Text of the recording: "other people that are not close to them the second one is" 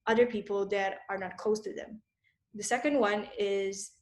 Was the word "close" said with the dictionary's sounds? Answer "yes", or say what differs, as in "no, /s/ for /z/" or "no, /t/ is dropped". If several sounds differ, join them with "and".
no, /l/ is dropped